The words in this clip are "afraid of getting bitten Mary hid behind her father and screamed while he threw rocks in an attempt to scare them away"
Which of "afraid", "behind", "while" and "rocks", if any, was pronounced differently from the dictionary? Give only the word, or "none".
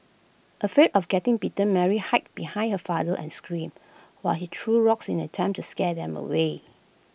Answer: afraid